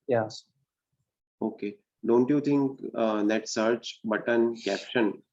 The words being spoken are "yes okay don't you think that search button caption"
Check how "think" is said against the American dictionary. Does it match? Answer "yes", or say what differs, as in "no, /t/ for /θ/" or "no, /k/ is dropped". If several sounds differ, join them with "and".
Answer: no, /t/ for /θ/